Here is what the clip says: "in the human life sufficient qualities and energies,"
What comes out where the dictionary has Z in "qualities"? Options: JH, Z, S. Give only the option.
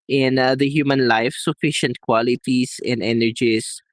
S